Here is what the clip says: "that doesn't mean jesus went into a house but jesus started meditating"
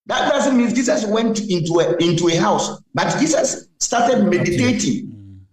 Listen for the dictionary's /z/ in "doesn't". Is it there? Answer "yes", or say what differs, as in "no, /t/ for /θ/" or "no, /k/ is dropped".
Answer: no, /s/ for /z/